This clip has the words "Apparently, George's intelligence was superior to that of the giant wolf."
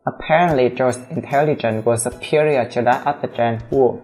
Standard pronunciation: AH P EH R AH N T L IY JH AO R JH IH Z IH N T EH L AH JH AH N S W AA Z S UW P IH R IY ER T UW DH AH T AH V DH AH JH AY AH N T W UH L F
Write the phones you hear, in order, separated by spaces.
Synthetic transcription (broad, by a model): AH P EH R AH N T L IY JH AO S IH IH N T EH L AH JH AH N W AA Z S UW P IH R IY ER T UW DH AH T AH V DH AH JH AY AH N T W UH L